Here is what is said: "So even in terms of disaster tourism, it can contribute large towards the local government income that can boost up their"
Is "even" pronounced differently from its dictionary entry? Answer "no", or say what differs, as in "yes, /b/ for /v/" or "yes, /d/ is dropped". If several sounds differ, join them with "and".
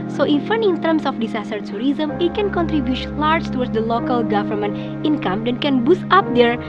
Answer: yes, /f/ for /v/